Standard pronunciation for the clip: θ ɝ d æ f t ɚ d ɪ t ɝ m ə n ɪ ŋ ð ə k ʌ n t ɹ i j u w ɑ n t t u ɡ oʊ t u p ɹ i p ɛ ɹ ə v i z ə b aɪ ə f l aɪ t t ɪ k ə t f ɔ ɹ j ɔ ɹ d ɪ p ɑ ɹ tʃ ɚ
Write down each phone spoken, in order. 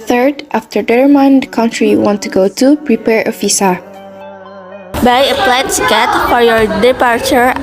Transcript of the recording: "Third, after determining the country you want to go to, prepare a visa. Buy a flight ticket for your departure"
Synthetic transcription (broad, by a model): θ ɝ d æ f t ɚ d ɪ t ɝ m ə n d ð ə k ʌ n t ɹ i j w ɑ n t t u ɡ oʊ t u p ɹ i p ɛ ɹ ə f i s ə b aɪ ə p l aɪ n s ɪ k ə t f ɔ ɹ j ɔ ɹ d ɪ p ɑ ɹ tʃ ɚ